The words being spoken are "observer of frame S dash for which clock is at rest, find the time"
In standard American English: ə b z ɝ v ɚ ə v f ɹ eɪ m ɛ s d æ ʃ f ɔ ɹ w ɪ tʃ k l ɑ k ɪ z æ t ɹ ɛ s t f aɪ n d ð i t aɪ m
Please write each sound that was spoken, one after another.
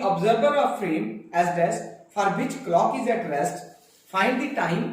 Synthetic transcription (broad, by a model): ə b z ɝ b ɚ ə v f ɹ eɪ m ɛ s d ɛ s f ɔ ɹ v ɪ tʃ k l ɑ k ɪ z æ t ɹ ɛ s t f aɪ n d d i t aɪ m